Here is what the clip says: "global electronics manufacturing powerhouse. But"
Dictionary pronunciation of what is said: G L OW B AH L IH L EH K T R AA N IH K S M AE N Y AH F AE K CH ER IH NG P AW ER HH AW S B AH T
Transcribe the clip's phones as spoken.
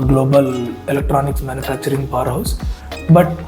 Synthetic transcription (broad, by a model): G L OW B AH L IH L EH K T R AA N IH K S M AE N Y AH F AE K CH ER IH NG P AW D HH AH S B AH T